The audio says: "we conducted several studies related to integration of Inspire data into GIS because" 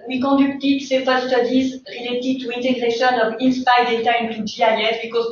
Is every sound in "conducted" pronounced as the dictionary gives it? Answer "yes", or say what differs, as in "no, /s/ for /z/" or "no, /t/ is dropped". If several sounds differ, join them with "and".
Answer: no, /n/ is dropped